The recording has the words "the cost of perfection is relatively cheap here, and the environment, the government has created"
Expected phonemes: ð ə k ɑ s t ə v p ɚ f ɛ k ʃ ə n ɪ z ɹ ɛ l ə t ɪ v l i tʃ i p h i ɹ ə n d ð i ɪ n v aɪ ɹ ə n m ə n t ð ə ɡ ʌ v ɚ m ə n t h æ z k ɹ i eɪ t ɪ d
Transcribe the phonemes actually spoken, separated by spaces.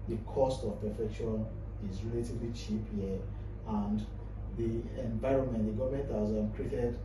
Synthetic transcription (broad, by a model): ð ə k ɑ s t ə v p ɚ f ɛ k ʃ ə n ɪ z ɹ ɛ l ə t ɪ v l i tʃ i p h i ə n d ð i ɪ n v aɪ ɹ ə n m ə n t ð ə ɡ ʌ v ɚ m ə n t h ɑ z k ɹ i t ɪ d